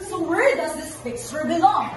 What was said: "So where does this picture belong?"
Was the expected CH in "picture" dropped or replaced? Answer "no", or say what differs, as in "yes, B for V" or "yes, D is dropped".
yes, S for CH